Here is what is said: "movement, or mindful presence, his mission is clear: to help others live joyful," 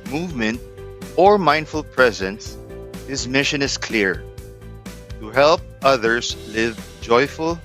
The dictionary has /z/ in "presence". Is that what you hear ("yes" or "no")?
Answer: yes